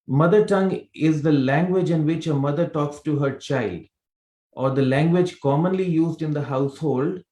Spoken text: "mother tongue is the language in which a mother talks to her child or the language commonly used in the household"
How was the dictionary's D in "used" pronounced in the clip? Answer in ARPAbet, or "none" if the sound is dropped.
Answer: D